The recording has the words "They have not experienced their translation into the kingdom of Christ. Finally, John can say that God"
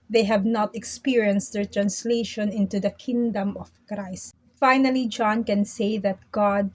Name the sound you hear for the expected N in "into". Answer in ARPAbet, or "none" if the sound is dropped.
N